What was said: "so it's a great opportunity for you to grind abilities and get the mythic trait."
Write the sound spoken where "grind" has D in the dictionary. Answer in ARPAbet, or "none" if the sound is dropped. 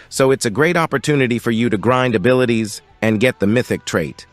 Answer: D